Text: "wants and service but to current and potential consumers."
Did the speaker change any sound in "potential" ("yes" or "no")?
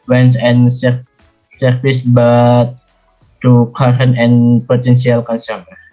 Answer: yes